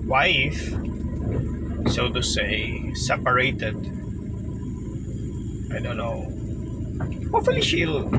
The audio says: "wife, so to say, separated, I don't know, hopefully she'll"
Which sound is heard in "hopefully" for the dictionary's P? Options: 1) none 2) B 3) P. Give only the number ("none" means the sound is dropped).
1